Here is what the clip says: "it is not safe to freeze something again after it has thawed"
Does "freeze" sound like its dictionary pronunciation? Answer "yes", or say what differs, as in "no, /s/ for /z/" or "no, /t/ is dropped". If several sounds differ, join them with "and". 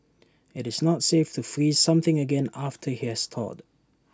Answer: yes